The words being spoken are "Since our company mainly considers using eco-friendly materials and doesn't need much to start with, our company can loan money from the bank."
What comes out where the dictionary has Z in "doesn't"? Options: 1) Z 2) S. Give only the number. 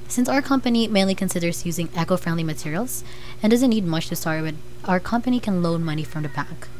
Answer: 1